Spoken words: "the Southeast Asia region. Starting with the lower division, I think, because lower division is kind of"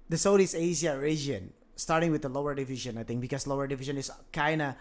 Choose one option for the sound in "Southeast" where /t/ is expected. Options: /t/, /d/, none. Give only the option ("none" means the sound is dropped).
none